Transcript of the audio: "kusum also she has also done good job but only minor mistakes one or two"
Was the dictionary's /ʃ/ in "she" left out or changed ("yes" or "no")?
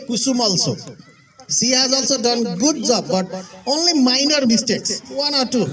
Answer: yes